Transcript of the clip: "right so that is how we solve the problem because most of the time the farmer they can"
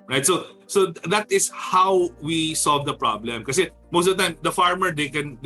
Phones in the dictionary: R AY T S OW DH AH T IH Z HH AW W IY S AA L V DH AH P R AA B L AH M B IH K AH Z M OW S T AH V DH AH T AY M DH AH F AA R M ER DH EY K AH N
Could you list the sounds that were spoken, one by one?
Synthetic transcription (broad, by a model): R AY T S OW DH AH T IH S HH AW W IY S AA L V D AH P R AA B L AH M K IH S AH M OW S T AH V T AY M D AH F AA R M ER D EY K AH N